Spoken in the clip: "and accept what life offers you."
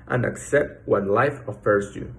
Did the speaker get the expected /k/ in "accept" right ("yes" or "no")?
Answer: yes